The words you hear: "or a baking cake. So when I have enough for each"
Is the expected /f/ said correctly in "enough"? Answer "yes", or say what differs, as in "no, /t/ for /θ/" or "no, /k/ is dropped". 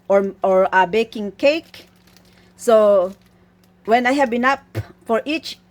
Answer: no, /p/ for /f/